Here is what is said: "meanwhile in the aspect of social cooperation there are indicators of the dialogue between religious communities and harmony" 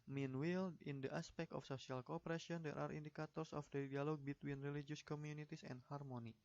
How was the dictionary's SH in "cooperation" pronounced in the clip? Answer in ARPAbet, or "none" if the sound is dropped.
none